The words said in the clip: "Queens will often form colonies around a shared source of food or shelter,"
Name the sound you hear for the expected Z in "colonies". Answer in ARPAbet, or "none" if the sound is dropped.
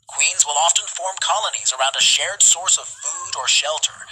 Z